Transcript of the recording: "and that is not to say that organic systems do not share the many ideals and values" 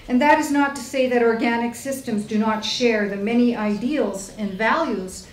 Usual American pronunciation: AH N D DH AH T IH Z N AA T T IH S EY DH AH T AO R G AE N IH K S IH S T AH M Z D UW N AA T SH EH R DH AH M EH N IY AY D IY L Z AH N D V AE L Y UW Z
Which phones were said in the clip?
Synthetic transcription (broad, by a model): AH N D DH AH T IH Z N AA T T IH S EY DH AH T AO R G AE N IH K S IH S T AH M Z D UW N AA T SH EH R DH AH M EH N IY AY D IY L Z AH N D V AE L Y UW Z